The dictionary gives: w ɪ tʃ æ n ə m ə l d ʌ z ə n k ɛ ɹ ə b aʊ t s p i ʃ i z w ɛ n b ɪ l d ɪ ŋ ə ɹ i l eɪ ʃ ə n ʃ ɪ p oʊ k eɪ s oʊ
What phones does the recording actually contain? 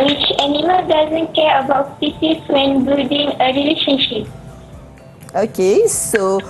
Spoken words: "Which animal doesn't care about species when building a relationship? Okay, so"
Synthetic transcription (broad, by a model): w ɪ tʃ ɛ n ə m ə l d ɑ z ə n k ɛ ɹ ə b aʊ t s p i s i s w ɛ n b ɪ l d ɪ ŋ ə ɹ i l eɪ ʃ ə n ʃ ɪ p oʊ k eɪ s oʊ